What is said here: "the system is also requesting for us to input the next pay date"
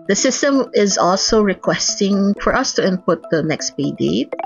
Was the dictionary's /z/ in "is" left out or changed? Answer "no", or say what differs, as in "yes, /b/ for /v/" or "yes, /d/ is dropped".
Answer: no